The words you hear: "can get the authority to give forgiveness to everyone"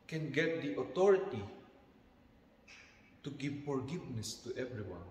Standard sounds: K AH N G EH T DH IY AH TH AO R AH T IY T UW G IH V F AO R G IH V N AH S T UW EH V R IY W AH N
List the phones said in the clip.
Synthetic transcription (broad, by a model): K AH N G EH T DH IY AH T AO R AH T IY T UW G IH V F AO R G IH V N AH S T UW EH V R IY W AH N